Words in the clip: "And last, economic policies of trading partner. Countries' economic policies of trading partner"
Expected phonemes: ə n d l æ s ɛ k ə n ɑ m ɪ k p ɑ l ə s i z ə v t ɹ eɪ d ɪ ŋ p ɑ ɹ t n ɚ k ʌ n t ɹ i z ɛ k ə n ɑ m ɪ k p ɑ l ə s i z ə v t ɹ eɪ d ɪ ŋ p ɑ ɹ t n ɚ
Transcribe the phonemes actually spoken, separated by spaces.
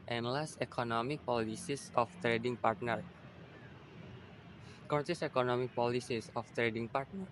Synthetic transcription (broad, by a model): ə n l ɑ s ɛ k ə n ɑ m ɪ k p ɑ l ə s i s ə f t ɹ eɪ d ɪ ŋ p ɑ ɹ t n ɚ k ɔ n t i s ɛ k ə n ɑ m ɪ k p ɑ l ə s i s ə f t ɹ eɪ d ɪ ŋ p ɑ ɹ t n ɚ